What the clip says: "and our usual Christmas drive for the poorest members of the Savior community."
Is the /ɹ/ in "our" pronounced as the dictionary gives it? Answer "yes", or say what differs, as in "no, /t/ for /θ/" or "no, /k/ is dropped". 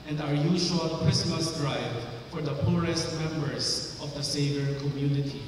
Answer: yes